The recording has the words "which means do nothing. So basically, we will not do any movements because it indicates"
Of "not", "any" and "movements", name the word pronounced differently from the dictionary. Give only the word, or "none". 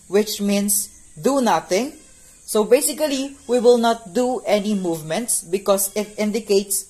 none